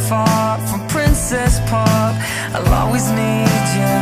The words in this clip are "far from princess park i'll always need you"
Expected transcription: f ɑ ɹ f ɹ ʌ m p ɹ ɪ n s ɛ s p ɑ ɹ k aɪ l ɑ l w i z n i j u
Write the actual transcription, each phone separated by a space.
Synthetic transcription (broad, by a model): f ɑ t f ɹ ʌ m p ɹ ɪ n s ɛ s p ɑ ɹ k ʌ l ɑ w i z n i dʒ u